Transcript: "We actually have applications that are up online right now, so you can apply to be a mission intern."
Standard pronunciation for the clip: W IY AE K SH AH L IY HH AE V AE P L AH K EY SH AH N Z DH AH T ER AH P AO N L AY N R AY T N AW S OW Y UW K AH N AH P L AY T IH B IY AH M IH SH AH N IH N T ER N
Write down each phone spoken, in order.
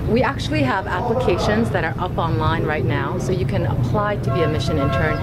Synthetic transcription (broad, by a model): W IY AE K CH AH L IY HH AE V AE P L AH K EY SH AH N Z DH AH T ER AH P AO N L AY N R AY T N AW S OW Y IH K AH N AH P L AY T IH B IY AH M IH SH AH N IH N T ER N